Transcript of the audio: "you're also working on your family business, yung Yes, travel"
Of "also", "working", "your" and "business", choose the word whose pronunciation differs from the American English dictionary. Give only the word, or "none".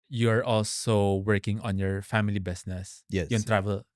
business